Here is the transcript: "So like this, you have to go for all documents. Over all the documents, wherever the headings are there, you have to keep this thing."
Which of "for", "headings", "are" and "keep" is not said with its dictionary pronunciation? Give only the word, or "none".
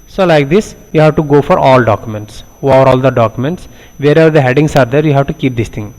headings